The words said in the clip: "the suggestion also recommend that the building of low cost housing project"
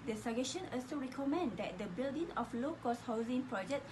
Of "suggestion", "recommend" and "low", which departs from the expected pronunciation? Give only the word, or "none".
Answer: suggestion